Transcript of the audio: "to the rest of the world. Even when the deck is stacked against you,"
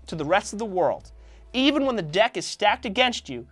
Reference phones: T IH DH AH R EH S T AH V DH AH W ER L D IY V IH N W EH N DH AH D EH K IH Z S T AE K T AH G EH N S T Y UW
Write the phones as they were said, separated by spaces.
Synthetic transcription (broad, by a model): T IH DH AH R EH S T AH V DH AH W ER L D IY V IH N W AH N DH AH D EH K IH Z S T AE K T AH G EH N S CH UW